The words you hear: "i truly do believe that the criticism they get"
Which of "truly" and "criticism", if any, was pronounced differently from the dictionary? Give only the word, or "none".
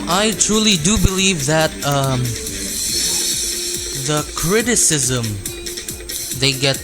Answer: none